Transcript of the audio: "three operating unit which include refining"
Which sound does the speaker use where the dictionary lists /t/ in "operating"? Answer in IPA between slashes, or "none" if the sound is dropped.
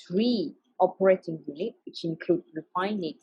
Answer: /t/